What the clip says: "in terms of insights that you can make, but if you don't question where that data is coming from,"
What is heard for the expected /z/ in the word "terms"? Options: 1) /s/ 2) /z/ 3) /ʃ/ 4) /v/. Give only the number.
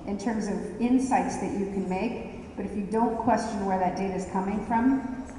2